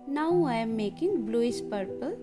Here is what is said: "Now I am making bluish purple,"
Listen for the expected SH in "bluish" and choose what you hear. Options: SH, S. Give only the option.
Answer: S